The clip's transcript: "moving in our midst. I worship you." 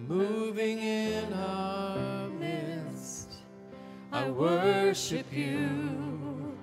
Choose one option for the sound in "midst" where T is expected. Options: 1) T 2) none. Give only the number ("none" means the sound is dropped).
1